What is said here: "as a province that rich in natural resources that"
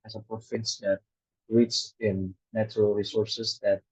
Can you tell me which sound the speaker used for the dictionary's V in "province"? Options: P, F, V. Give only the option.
F